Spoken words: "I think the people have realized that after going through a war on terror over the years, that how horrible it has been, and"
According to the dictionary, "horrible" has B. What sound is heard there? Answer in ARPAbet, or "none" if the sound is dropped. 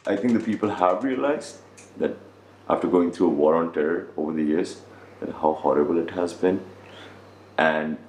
B